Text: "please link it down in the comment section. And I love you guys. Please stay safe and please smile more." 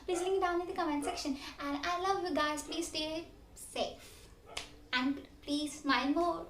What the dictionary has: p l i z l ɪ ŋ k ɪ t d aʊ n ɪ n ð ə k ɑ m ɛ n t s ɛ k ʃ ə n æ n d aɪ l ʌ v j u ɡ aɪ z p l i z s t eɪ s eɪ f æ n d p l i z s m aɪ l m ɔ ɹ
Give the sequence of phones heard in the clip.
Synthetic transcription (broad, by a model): p l i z l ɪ k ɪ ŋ d aʊ n ɪ n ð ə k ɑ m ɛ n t s ɛ k ʃ ə n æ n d aɪ l ʌ v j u ɡ aɪ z p l i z s t eɪ s eɪ f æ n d p l i z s m aɪ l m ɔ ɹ